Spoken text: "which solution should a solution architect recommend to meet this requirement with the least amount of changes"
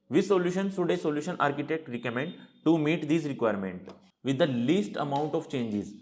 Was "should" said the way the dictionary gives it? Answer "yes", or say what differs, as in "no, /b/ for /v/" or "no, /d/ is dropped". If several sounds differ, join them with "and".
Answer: no, /s/ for /ʃ/